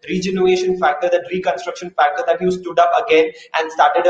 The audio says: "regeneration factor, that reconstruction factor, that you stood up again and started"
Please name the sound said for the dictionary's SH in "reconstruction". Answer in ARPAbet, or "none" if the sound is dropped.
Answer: SH